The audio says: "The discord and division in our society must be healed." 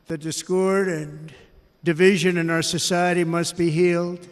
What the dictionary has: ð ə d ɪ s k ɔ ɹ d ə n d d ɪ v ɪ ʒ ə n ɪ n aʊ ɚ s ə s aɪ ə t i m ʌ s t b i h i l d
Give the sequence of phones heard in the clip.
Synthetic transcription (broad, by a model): ð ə d ɪ s k ɔ ɹ d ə n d d ɪ v ɪ ʒ ə n ɪ n aʊ ɚ s ə s aɪ ə t i m ʌ s t b i h i l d